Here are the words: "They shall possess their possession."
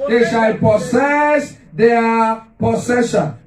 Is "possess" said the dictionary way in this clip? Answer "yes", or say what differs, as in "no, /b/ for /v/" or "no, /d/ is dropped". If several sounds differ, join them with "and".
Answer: no, /s/ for /z/